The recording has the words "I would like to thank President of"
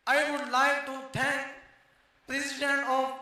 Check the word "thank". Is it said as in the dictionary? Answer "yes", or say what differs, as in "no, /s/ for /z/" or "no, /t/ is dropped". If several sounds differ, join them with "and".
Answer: no, /t/ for /θ/